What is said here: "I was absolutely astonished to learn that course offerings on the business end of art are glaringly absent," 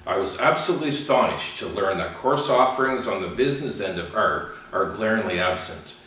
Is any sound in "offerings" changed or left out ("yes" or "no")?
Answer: no